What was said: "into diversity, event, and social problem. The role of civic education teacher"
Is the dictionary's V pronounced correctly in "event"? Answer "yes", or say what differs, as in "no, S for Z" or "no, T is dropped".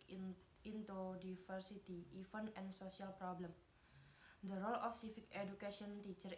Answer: no, F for V